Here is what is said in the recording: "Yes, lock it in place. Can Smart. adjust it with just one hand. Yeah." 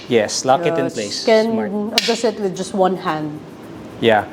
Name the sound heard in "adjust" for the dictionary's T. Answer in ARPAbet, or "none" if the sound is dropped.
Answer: none